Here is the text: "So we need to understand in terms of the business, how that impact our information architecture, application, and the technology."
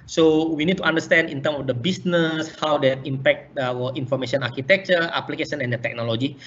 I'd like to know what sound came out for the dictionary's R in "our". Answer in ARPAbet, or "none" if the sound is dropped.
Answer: W